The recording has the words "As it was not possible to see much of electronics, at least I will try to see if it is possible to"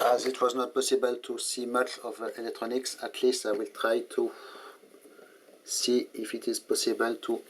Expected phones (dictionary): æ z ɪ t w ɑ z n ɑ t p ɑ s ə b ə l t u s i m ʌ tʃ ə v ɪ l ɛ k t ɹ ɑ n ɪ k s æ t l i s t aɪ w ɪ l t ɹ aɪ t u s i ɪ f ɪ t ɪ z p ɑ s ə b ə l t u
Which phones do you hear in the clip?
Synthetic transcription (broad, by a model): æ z ɪ t w ɑ z n ɑ t p ɑ s ə b ə l t u s i m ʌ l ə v ɪ l ɛ k t ɹ ɑ n ɪ k s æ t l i s aɪ w ɪ l t ɹ aɪ t u s i ɪ f ɪ t ɪ z p ɑ s ə b ə l t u